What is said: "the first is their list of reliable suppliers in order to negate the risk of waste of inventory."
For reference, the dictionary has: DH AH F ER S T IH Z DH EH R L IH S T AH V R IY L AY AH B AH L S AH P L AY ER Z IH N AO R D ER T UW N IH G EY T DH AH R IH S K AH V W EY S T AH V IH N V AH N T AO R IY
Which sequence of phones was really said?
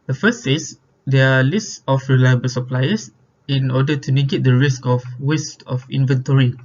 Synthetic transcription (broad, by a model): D AH F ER S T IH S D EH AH L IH S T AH F R IY L AY AH B AH L S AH P L AY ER S IH N AO D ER T UW N IH G EY T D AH R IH S K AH F W EY S T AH F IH N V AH N T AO R IY